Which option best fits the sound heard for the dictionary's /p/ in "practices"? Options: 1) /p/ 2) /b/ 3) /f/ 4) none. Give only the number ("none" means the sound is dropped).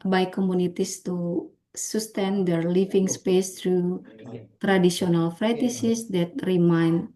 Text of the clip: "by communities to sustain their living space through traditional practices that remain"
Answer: 3